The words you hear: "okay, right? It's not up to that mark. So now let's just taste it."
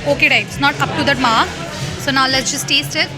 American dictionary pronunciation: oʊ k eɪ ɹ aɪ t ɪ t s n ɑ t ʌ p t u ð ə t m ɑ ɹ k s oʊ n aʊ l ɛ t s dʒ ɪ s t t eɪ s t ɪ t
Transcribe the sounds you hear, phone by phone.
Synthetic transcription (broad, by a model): oʊ k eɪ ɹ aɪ ɪ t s n ɑ t ʌ p t u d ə t m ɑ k s oʊ n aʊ l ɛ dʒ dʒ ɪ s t t eɪ s t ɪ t